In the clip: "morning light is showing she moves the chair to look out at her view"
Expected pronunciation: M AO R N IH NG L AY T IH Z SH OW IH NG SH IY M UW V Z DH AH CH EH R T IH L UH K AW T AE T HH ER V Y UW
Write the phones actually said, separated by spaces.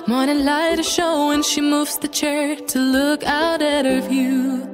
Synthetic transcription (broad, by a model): M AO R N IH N L AY T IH SH OW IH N SH IY M UW V Z DH AH CH EH R T IH L UH K AW T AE T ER V Y UW